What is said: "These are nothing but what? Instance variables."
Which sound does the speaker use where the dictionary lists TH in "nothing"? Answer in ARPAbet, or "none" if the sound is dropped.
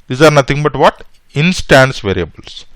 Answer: T